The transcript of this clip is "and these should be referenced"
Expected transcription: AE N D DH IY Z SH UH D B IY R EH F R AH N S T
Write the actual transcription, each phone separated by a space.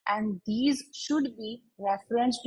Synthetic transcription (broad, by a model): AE N D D IY Z SH UH D B IY R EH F R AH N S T